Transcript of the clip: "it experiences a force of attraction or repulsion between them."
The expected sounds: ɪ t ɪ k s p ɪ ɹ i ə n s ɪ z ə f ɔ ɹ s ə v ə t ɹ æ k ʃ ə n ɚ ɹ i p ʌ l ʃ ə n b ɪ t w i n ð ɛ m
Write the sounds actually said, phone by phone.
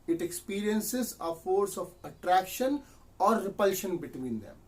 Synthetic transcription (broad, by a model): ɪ t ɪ k s p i ɹ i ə n s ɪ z ə f ɔ ɹ s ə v ə t ɹ æ k ʃ ə n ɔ ɹ i p ʌ l ʃ ə n b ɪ t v i n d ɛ m